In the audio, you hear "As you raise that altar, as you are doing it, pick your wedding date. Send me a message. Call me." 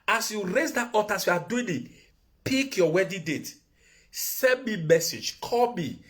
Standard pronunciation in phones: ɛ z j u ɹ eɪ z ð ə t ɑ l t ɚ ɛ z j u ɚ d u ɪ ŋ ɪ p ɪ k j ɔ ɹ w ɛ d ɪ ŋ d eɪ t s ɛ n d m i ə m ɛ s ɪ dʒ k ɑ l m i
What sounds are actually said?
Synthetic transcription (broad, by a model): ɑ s j u ɹ eɪ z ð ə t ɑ t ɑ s j u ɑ d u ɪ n ɪ p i k j ɔ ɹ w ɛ d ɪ d eɪ t s ɛ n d m i m ɛ s ɪ dʒ k ɑ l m i